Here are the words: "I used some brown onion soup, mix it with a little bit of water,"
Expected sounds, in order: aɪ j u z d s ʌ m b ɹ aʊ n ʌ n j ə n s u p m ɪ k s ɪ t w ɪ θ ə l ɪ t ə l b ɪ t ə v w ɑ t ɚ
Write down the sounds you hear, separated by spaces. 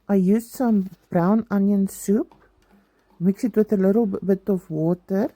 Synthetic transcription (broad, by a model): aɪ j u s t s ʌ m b ɹ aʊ n ʌ n j ə n s u p m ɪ k s ɪ t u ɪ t ə l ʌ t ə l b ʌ t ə f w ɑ t ɚ